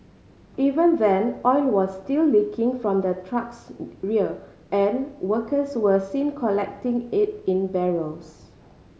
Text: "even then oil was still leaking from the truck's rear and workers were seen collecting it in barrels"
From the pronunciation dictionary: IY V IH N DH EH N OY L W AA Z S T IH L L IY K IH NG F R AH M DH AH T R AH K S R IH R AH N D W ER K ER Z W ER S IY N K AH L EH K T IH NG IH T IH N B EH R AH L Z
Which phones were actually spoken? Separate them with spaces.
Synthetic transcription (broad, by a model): IY V IH N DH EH N OY N W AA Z S T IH L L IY K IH NG F R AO M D AH T R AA K S R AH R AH N W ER K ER S W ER S IY N K AH L EH K T IH NG IH T IH N B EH R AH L S